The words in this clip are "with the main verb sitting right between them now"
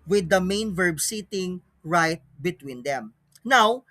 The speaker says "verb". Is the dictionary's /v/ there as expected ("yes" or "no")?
yes